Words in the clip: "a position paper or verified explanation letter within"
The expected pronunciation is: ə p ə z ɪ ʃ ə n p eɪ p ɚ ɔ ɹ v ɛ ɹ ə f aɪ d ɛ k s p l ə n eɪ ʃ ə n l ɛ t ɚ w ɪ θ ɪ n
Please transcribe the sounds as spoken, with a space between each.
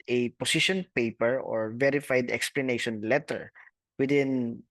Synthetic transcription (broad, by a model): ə p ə s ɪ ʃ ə n p eɪ p ɚ ɔ ɹ v ɛ ɹ ə f aɪ d ɛ k s p l ə n eɪ ʃ ə n l ɛ t ɚ w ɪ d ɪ n